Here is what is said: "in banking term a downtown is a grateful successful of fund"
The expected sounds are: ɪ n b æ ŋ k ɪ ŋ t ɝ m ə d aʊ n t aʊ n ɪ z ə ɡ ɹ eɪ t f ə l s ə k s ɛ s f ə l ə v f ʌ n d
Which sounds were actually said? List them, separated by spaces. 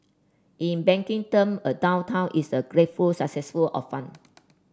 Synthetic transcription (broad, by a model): ɪ n b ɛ ŋ k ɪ ŋ t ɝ m ə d aʊ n t aʊ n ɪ s ə ɡ ɹ eɪ t f ə l s ə k s ɛ s f ə l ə f f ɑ n